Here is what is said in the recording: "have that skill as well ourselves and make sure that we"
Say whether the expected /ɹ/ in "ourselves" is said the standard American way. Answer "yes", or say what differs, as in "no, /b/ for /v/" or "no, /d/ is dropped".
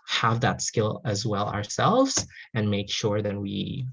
yes